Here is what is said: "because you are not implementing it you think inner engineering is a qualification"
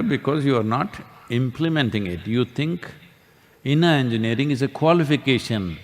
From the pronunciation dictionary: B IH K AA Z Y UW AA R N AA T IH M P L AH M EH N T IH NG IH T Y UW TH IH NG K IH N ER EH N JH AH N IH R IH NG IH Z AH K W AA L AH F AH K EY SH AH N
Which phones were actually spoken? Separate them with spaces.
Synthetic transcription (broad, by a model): B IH K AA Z Y UW AA R N AA T IH M P L AH M EH N T IH NG IH T Y UW T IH NG K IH N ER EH N JH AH N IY R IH NG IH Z AH K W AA L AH F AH K EY SH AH N